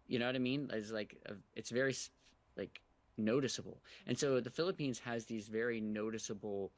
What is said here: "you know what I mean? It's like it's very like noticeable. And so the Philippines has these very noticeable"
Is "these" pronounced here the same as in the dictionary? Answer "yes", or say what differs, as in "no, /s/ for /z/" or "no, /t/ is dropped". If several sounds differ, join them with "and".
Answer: yes